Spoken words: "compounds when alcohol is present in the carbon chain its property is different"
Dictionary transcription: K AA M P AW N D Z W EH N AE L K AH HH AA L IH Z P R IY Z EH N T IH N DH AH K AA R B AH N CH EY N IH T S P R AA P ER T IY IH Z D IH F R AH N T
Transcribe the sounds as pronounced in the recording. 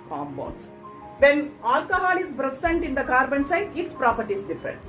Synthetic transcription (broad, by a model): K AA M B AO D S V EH N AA L K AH HH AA L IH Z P R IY S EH N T IH N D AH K AA R B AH N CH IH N IH T S P R AA P ER T IY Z D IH F R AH N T